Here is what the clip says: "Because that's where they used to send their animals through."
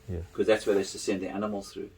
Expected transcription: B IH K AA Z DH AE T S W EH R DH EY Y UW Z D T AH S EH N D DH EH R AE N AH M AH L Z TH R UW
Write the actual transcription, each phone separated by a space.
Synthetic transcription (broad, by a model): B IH K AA Z DH AE T S W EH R DH EY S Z T AH S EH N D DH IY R AE N AH M AH L Z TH R UW